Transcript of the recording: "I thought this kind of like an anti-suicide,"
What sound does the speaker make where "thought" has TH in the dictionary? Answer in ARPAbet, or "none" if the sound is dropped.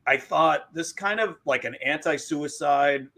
TH